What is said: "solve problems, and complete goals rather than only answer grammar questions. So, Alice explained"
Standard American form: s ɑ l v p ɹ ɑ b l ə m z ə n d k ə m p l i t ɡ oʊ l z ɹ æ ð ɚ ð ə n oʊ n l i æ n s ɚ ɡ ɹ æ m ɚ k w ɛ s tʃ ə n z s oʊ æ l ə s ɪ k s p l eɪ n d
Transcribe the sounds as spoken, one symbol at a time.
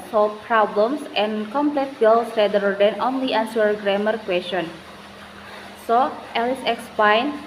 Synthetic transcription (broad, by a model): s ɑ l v p ɹ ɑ b l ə m s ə n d k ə m p l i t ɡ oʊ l s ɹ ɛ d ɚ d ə n oʊ n l i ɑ n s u ɡ ɹ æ m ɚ k w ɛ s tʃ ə n s oʊ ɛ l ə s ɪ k s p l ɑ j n